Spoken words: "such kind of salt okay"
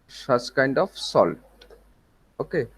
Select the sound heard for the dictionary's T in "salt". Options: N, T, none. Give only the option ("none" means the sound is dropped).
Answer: none